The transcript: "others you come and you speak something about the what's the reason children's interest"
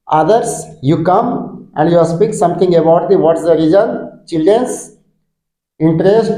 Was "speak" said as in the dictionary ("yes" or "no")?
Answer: yes